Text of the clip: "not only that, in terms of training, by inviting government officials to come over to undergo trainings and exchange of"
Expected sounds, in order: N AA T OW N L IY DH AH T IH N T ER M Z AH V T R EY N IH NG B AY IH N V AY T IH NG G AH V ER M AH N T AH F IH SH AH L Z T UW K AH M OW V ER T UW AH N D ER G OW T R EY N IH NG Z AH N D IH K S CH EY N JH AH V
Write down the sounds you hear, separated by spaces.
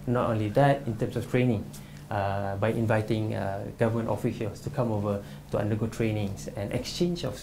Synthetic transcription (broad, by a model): N AA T OW N L IY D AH T IH N T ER M S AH F T R EY N IH NG B AY IH N V AY T IH NG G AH V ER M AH N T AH F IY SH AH L S T UW K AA M OW V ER T UW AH N D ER G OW T R EY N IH NG S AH N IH K S CH EY N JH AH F